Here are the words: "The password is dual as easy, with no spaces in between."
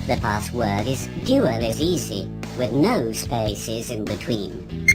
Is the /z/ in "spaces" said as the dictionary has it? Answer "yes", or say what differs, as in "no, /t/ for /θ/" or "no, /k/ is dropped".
yes